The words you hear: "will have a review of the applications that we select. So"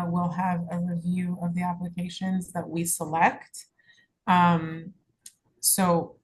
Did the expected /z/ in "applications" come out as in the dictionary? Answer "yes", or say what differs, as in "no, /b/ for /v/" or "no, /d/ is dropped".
yes